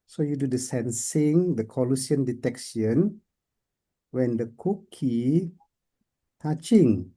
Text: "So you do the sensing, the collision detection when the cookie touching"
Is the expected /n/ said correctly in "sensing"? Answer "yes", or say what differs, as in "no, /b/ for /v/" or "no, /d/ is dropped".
yes